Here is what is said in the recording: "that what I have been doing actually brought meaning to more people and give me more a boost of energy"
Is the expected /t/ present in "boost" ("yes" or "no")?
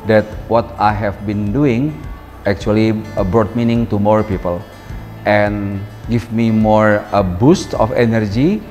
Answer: yes